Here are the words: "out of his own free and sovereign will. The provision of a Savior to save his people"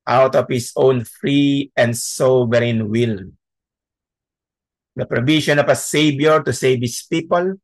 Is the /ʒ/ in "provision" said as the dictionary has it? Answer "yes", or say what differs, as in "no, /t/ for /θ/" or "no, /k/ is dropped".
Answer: no, /ʃ/ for /ʒ/